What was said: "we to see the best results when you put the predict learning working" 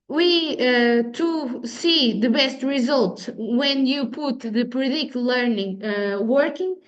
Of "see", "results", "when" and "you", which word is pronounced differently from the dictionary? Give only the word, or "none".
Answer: results